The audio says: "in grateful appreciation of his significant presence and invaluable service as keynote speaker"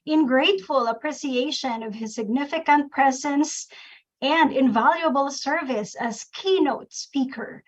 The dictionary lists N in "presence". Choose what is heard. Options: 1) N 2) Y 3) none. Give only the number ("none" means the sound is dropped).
1